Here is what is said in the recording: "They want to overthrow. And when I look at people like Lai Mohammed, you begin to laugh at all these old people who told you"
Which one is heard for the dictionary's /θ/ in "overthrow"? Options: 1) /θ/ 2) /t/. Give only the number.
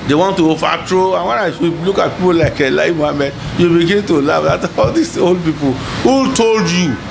2